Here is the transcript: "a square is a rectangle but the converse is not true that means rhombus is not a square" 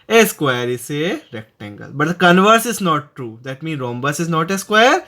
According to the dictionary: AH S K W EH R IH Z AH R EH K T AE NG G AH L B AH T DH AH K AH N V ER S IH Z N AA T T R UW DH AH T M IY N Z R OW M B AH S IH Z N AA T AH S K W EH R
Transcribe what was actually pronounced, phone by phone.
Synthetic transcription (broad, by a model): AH S K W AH R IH S AH R EH K T AE NG G AH L B AH T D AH K AH N V ER S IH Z N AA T T R UW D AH T M IY N R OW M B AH S IH Z N AA T AH S K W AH R